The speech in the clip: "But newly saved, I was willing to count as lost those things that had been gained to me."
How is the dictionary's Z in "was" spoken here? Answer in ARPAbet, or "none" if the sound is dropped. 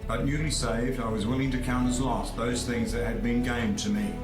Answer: Z